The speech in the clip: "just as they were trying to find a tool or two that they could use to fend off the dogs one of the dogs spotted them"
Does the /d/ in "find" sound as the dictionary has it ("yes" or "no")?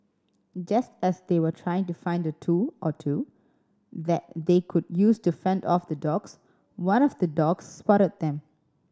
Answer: yes